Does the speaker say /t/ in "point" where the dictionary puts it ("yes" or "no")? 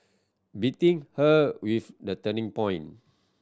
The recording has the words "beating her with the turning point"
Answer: no